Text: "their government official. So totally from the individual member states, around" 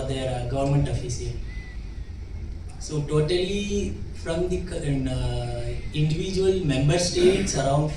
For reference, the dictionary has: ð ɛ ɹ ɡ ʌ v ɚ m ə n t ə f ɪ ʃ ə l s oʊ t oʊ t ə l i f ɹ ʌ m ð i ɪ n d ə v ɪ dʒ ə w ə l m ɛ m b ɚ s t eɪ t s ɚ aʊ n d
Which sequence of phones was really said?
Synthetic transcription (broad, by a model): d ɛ ɹ ɡ ʌ v ɚ m ə n t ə f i s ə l s oʊ t oʊ t ə l i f ɹ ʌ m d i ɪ n d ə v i dʒ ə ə l m ɛ m b ɚ s t eɪ t s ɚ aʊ n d